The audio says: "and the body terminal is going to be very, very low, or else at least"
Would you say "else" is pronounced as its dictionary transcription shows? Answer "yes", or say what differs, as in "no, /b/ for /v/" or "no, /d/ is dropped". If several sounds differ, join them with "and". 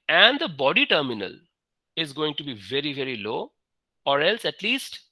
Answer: yes